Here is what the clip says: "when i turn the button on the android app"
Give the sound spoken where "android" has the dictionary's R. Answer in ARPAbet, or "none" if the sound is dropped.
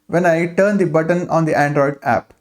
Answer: R